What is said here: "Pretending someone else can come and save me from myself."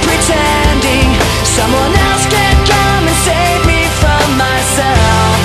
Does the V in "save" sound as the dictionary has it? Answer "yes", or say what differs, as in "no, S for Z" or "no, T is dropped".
yes